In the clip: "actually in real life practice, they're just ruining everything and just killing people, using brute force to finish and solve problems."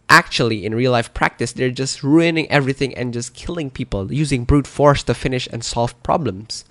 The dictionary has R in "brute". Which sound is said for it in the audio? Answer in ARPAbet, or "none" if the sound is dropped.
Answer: R